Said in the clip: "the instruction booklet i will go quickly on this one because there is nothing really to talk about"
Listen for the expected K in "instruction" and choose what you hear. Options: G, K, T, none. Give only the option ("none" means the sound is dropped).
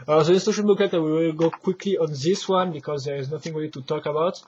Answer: none